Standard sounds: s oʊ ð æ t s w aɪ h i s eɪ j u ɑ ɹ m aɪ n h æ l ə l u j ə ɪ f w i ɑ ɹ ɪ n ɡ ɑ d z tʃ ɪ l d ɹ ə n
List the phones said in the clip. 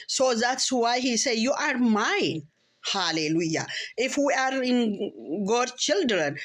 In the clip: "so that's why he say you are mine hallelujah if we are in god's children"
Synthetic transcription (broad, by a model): s oʊ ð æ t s w aɪ h i s eɪ j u ɑ ɹ m aɪ n h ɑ l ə l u j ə ɪ f w i ɑ ɹ ɪ n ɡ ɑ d tʃ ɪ l d ɹ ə n